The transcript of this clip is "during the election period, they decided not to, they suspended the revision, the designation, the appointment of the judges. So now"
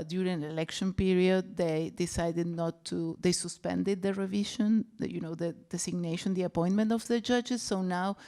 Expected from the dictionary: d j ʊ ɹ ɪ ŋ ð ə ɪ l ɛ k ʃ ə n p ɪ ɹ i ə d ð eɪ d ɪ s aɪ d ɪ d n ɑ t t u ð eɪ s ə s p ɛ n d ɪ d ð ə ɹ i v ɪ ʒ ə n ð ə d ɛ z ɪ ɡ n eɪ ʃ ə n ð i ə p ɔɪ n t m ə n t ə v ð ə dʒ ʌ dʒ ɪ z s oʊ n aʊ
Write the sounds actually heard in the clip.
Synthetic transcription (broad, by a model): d j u ɹ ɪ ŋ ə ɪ l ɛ k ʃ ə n p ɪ ɹ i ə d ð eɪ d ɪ s aɪ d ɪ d n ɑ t t u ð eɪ s ə s p ɛ n d ɪ d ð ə ɹ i v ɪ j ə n ð ə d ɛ s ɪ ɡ n eɪ ʃ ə n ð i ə p ɔɪ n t m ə n t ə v ð ə dʒ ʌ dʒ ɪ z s oʊ n aʊ